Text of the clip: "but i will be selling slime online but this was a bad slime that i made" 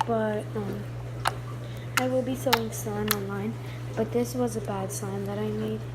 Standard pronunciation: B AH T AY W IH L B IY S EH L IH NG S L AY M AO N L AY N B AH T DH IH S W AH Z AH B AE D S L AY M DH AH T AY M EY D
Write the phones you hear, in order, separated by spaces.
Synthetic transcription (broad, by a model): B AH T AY W IH L B IY S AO IH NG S AY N AO N L AY N B AH T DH IH S W AH Z AH B AE D S AY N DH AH T AY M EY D